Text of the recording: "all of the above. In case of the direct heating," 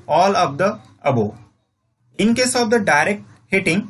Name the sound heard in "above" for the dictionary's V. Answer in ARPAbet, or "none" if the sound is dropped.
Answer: none